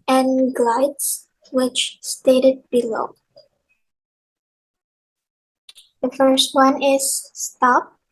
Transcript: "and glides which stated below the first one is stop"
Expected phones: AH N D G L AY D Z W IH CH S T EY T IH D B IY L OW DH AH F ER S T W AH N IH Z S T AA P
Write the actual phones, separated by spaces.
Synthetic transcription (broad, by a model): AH N G L AY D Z W IH CH S T EY T IH D B IY L OW DH AH F ER S T W AH N IH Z S T AA P